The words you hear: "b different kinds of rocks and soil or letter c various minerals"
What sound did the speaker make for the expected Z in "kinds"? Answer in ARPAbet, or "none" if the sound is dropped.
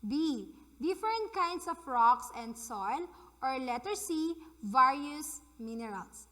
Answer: S